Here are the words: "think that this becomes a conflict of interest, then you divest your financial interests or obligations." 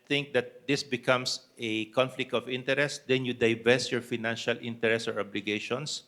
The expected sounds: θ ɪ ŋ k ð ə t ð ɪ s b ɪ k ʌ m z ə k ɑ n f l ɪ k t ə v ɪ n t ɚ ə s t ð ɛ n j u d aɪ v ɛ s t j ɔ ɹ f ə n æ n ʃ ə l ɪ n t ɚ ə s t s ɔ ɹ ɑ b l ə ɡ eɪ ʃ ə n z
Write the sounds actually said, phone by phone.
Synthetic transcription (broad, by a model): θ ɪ ŋ k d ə t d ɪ s b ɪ k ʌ m s ə k ɑ n f l ɪ k t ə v ɪ n t ɚ ə s t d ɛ n j u d aɪ v ɛ s t j ɔ ɹ f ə n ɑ n ʃ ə l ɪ n t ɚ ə s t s ɔ ɹ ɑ b l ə ɡ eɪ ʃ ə n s